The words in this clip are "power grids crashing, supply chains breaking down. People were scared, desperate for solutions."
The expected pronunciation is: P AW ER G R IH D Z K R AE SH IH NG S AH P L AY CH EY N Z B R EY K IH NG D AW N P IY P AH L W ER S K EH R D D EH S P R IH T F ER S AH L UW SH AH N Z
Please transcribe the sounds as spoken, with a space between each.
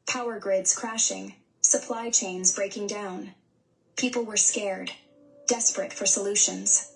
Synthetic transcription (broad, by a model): P AW ER G R IH D Z K R AE SH IH NG S AH P L AY CH EY N Z B R EY K IH NG D AW N P IY P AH L W ER S K EH R D D EH S P R IH T F ER S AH L UW SH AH N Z